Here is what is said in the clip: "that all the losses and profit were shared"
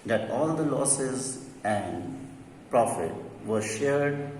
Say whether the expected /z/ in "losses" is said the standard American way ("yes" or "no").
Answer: yes